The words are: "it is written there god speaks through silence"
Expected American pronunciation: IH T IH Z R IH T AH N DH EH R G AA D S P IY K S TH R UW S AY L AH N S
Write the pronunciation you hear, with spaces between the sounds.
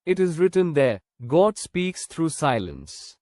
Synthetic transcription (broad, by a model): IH T IH Z R IH T AH N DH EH G AA D S P IY K S T R UW S AY L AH N S